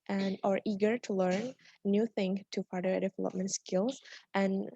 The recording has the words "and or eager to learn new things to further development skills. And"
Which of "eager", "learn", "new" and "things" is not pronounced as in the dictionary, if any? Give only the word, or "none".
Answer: things